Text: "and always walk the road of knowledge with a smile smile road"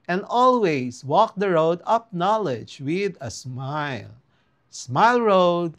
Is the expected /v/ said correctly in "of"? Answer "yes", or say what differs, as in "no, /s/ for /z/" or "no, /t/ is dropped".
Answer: no, /p/ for /v/